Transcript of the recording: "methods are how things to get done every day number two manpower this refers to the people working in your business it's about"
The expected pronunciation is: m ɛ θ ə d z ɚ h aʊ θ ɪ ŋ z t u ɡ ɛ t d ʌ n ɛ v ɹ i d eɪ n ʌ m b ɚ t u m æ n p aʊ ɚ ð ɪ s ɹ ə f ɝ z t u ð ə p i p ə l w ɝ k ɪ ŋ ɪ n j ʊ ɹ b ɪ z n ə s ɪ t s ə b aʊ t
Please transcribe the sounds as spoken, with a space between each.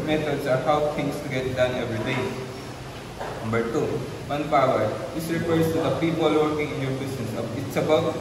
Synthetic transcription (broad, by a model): m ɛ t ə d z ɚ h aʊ t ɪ ŋ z t u ɡ ɛ t d ʌ n ɛ v ɹ i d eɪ n ʌ m b ɚ t u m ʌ n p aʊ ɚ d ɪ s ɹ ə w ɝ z t u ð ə p i p ə l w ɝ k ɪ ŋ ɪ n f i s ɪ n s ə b ɪ t s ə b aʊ